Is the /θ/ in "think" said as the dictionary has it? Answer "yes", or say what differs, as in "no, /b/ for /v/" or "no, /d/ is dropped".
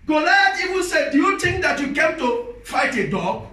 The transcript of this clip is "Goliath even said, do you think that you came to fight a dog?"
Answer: no, /t/ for /θ/